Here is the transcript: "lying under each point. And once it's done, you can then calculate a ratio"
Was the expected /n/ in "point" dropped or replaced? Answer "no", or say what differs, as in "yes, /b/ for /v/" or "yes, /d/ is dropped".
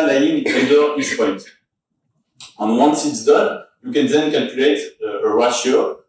yes, /n/ is dropped